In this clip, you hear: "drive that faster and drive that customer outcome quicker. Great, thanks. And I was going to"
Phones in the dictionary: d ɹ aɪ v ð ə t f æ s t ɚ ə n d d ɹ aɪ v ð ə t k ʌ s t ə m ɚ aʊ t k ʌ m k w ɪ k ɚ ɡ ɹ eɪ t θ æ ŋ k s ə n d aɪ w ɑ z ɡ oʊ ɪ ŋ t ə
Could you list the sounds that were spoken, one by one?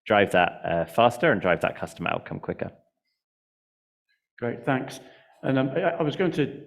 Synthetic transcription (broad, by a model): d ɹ aɪ v ð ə t f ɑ s t ɚ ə n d d ɹ aɪ v ð ə t k ʌ s t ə m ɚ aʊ k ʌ m k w ɪ k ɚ ɡ ɹ eɪ t θ æ ŋ k s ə n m aɪ w ɑ z ɡ oʊ ɪ ŋ t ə